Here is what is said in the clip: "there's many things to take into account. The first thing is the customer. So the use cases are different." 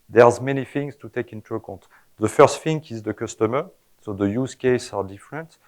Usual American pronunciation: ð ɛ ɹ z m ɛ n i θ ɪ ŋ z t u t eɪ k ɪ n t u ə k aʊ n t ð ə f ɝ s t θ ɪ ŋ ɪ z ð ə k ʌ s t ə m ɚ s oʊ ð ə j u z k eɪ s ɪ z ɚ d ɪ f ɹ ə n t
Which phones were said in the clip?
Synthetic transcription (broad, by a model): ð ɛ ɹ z m ɛ n i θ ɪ ŋ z t u t eɪ k ɪ n t u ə k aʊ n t ð ə f ɝ s t f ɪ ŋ ɪ z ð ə k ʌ s t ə m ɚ s oʊ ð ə j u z k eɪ s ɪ d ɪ f ɹ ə n t